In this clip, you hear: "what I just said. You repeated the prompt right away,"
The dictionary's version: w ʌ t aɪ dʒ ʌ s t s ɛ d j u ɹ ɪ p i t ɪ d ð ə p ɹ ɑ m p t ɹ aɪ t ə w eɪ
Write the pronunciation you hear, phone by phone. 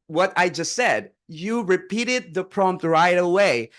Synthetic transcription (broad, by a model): w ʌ t aɪ dʒ ʌ s t s ɛ d j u ɹ ɪ p i t ɪ d ð ə p ɹ ɑ m p t ɹ aɪ t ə w eɪ